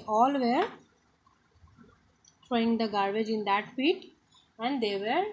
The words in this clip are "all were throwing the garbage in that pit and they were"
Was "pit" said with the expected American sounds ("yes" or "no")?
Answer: no